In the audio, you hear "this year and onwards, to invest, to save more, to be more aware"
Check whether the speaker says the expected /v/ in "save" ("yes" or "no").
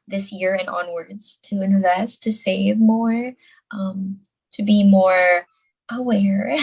yes